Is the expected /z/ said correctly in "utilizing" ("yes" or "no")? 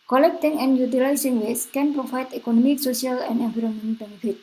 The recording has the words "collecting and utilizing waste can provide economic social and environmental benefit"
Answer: no